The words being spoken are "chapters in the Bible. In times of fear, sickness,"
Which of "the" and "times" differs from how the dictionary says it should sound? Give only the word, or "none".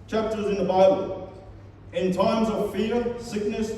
none